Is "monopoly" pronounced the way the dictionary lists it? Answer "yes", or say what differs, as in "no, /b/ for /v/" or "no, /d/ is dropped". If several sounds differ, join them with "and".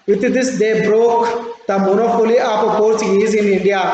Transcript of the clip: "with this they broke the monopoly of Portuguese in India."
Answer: no, /f/ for /p/